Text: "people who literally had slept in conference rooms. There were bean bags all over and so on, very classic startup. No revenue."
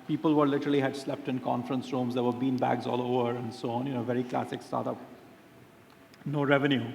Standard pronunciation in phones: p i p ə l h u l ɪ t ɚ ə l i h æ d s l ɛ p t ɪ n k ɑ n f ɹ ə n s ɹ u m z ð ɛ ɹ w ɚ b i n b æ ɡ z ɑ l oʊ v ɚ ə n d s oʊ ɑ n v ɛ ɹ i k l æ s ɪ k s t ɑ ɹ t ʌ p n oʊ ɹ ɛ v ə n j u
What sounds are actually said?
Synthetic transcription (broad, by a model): p i p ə l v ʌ l ɪ t ɚ ə l i h æ d s l ɛ p t ɪ n k ɑ n f ɹ ə n s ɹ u m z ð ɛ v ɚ b i n b æ ɡ z ɑ l oʊ v ɚ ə n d s oʊ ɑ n v ɛ ɹ i k l æ s ɪ k s t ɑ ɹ t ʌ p n oʊ ɹ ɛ v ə n j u